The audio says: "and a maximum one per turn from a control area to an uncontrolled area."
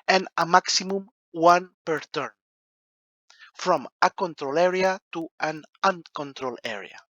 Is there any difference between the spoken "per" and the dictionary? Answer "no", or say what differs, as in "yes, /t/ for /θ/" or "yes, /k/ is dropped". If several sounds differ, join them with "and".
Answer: no